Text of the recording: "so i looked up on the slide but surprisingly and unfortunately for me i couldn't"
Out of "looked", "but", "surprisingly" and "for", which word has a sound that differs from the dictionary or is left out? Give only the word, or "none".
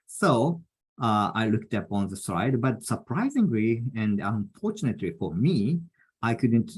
none